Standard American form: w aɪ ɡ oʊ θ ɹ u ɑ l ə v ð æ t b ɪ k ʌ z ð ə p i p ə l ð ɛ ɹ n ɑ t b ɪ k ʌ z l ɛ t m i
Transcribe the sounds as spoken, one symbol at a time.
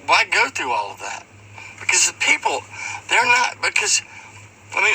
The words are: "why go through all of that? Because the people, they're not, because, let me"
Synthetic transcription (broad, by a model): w aɪ ɡ oʊ θ ɹ u ɑ l ə v ð æ t b ɪ k ʌ z p i p l ð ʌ ɹ n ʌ t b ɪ k ʌ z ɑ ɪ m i